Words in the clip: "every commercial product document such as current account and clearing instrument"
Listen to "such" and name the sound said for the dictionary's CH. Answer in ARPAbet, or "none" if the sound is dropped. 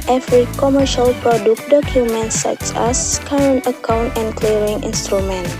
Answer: S